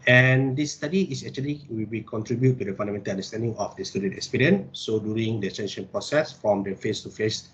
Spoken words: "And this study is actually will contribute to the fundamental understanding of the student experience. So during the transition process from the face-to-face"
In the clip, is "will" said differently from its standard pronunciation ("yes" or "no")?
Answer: yes